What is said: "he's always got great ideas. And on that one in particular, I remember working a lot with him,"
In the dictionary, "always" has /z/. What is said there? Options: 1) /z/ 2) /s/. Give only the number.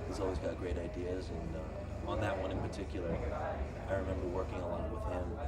1